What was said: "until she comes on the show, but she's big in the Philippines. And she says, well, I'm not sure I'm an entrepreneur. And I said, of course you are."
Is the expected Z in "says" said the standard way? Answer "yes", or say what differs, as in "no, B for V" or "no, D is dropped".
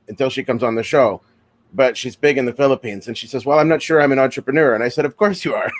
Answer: yes